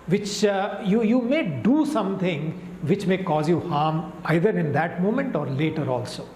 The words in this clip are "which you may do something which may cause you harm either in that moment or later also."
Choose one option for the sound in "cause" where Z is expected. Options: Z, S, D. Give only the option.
Z